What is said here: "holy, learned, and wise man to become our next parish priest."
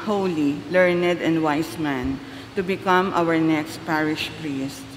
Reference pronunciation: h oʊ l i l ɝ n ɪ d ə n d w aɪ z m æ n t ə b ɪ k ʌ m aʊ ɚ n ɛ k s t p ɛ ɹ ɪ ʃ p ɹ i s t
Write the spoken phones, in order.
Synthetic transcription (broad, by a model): h oʊ l i l ɝ n ɪ d ə n d w aɪ s m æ n t ə b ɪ k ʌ m aʊ ɚ n ɛ k s t p ɛ ɹ ɪ ʃ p ɹ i s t